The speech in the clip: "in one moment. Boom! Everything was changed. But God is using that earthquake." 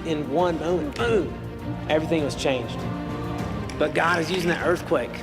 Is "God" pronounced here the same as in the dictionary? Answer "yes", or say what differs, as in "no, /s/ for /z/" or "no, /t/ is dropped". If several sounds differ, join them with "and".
yes